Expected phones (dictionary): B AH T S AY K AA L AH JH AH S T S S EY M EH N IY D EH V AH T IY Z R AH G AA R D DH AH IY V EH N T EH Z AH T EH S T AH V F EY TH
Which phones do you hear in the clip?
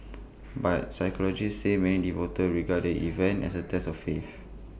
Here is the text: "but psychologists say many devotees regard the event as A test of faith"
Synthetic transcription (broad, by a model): B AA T S AY K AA L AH JH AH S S S EY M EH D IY V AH T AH R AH G AA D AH IY V EH N T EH S AH T EH S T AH F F EY F